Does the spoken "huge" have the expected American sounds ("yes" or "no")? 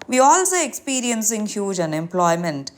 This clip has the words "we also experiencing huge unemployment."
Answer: yes